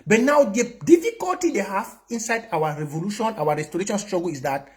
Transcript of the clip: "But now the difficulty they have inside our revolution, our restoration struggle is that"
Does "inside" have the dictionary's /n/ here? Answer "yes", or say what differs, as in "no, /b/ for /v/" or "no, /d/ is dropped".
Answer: yes